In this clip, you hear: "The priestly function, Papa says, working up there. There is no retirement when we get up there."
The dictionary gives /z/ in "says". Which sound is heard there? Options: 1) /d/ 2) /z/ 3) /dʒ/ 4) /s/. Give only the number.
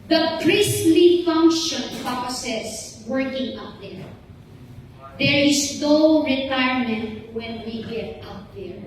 4